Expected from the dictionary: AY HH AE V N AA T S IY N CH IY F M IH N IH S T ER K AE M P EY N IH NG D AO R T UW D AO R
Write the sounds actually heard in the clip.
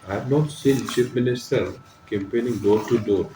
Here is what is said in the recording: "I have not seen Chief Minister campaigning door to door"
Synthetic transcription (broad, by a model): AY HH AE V N AA T S IY N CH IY P M IH N IH S T ER K AE M P EY N IH NG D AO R T UW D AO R